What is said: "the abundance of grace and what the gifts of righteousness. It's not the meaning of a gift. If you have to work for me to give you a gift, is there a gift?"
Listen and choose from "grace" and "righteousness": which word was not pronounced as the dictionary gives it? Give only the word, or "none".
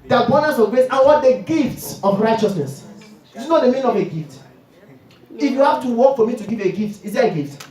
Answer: none